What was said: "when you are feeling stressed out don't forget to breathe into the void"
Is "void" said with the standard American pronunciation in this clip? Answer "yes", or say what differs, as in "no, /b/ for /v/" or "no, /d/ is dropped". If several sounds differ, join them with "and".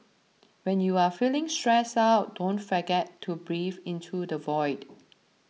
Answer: yes